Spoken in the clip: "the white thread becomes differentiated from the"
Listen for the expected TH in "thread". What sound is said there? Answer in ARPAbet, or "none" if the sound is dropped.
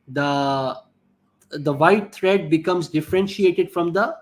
T